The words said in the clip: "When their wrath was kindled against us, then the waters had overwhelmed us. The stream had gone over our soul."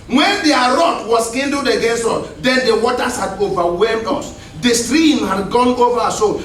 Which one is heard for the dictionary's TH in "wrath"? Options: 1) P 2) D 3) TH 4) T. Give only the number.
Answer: 4